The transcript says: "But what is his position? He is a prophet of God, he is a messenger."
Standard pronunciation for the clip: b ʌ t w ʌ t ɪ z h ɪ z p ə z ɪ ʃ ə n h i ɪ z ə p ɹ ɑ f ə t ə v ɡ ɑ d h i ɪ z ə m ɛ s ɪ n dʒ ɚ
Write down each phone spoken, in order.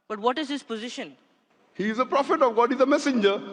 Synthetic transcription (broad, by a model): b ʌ t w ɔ t ɪ z h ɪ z p ə z ɪ ʃ ə n h i ɪ z ə p ɹ ɑ f ə t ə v ɡ ɑ d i ɪ z ə m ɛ s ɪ n dʒ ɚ